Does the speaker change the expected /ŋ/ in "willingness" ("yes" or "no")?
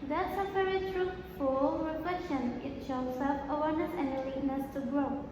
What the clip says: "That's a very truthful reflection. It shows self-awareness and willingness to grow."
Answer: yes